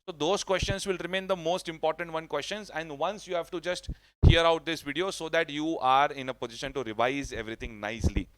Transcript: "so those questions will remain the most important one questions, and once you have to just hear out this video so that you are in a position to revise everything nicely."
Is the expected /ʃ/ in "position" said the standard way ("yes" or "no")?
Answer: yes